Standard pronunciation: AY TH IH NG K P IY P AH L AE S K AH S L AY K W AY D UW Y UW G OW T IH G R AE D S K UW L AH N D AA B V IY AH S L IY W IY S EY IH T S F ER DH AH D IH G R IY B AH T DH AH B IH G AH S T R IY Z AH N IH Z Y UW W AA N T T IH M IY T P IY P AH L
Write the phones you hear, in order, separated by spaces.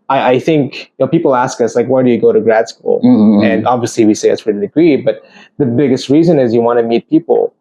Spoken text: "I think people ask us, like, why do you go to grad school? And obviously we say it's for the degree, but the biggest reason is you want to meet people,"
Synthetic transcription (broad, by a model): AY TH IH NG K P IY P L AE S K AH S L AY K W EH D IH Y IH G OW T IH G R AE D S K UW L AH N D AA B V IY AH S L IY W IY S EY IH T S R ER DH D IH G R IY B AH T DH AH B IH G AH S T R IY Z AH N IH Z Y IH W AA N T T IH M IY T P IY P L